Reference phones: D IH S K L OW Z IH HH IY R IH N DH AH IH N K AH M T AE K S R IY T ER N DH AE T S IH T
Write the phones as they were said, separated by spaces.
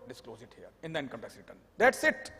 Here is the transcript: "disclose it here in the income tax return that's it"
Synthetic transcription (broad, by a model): D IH S K L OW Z IH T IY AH IH N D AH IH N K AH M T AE S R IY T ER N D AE T S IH T